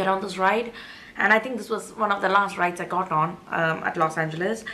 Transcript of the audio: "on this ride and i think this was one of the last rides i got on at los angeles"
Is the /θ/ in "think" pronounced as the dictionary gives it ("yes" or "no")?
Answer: no